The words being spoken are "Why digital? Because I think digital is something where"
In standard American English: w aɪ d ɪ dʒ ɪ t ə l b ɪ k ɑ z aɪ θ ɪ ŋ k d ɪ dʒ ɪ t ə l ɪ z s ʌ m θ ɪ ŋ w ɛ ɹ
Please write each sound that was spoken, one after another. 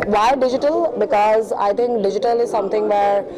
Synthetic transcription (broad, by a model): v aɪ d ɪ dʒ ɪ t ə l b ɪ k ɑ z aɪ t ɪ ŋ k d ɪ dʒ ɪ t ə l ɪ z s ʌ m t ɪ ŋ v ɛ ɹ